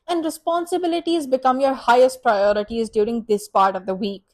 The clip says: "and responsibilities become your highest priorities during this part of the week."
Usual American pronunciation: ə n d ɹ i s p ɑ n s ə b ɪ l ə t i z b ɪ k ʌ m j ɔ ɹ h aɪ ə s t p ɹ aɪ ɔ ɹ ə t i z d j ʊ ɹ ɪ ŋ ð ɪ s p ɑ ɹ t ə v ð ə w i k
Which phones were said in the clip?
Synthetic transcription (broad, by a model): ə n d ɹ i s p ɑ n s ə b ɪ l ə t i z b ɪ k ʌ m j ɔ ɹ h aɪ ə s t p ɹ aɪ ɔ ɹ ə t i z d j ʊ ɹ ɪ ŋ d ɪ s p ɑ ɹ t ə v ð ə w i k